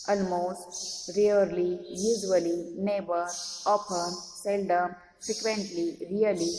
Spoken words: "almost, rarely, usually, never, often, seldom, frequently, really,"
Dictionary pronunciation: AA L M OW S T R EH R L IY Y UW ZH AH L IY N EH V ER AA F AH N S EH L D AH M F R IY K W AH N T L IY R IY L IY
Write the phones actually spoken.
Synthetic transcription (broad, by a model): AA L M OW S T R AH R L IY Y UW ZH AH L IY N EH B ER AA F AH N S EH L D AH M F R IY K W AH N T L IY R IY L IY